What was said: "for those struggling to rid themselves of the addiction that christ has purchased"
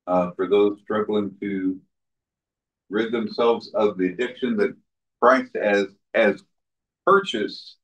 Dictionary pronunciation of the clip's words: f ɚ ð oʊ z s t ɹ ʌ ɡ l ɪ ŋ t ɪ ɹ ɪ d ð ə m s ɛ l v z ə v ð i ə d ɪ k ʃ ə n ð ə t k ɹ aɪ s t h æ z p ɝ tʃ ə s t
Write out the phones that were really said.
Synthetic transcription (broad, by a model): f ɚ ð oʊ z s t ɹ ʌ ɡ l ɪ ŋ t ɪ ɹ ɪ d ð ə m s ɛ l v z ə v ð i ə d ɪ k ʃ ə n ð ə t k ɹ aɪ s t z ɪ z p ɝ tʃ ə s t